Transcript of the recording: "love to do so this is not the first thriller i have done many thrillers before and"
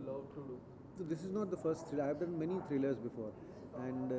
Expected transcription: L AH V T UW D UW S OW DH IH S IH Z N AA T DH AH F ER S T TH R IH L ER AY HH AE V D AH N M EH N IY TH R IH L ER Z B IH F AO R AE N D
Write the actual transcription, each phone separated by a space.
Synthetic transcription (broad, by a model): L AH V T UW D UW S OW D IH S IH Z N AA T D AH F ER S T T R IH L AY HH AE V D AH N M EH N IY T R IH L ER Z B IH F AO R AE N D